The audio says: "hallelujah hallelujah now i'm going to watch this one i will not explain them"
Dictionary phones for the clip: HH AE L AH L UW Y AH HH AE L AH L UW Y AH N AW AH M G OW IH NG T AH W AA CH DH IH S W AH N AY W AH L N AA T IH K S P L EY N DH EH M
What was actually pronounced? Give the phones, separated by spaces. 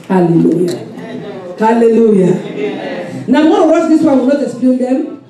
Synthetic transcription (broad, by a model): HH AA L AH L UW Y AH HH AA L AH L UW Y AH N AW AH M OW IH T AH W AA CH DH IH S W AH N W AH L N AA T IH S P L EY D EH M